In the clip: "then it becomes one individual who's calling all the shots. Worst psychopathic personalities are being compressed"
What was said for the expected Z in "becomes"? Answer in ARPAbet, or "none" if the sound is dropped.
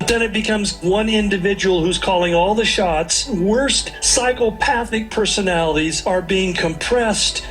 Z